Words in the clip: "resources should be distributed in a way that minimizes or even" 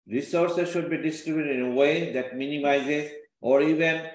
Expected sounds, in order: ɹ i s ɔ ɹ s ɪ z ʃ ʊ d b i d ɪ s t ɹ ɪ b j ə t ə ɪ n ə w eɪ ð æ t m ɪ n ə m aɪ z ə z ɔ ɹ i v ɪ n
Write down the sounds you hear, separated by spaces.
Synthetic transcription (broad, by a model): ɹ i s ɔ ɹ s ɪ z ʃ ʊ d b i d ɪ s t ɹ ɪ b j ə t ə ɪ n ə w eɪ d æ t m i n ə m aɪ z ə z ɔ ɹ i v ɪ n